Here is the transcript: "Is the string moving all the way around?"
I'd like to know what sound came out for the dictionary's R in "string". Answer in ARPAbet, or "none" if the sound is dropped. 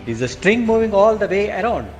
R